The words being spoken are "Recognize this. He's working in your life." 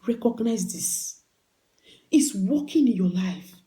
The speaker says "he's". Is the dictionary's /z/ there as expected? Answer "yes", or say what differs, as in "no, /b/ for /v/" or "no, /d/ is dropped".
no, /s/ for /z/